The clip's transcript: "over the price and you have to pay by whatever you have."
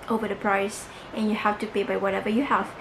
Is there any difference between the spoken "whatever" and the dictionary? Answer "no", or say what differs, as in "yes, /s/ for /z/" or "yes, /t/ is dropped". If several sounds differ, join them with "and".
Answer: no